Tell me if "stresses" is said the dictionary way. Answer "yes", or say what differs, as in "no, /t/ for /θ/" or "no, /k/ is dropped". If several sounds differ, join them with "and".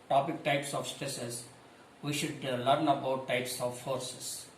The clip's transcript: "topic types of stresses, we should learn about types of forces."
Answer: no, /ɹ/ is dropped